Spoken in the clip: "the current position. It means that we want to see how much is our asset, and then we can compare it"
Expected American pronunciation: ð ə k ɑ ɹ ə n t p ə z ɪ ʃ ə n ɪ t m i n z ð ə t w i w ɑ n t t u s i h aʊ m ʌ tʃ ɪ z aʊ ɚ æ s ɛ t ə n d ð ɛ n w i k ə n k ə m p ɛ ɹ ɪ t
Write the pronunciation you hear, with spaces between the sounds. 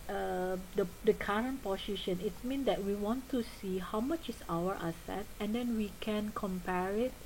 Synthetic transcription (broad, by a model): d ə k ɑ ɹ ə n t p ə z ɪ ʃ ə n ɪ t m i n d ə t w i w ɑ n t t u s i h aʊ m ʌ tʃ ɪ s aʊ ɚ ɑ s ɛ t ə n d ɛ n w i k ə n k ə m p ɛ ɹ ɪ t